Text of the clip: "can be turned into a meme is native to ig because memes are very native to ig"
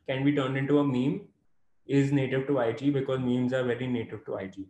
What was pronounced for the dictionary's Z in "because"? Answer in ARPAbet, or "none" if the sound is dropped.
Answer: Z